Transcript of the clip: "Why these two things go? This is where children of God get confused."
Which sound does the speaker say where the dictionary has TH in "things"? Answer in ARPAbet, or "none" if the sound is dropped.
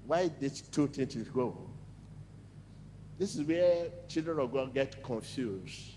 T